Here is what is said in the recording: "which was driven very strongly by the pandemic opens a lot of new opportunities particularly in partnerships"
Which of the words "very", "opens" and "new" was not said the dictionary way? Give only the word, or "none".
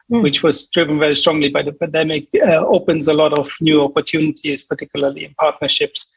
none